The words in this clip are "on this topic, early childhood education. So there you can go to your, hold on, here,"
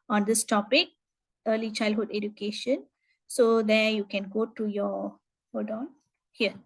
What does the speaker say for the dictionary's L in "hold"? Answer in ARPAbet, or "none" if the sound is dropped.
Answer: none